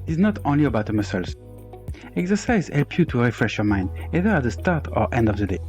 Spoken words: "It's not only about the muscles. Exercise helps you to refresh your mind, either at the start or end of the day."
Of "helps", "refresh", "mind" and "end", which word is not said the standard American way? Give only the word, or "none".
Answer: helps